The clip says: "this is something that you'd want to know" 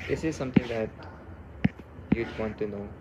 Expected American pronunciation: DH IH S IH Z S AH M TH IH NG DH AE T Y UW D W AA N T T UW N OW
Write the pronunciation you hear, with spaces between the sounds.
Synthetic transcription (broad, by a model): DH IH S IH Z S AH M T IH NG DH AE T Y UW D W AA N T T UW N OW